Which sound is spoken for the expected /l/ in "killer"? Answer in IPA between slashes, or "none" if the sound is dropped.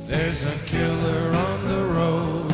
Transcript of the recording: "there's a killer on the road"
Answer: /l/